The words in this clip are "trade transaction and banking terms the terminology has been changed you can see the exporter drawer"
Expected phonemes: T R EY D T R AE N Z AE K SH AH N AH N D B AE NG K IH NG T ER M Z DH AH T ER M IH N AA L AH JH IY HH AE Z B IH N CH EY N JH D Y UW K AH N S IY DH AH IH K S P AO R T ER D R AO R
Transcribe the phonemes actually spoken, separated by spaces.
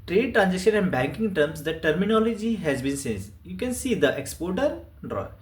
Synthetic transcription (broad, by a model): T R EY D T R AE N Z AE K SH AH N AH N D B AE NG K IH NG T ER M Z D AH T ER M IH N AA L AH JH IY HH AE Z B IH N S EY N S Y UW K AH N S IY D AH IH K S P AO R T ER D R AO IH